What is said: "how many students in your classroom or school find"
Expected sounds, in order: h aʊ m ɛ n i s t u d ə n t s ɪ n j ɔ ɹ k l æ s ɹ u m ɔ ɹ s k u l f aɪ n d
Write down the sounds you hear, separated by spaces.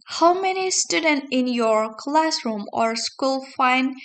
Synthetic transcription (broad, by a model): h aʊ m ɛ n i s t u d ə n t ɪ n j ɔ ɹ k l æ s ɹ u m ɔ ɹ s k u l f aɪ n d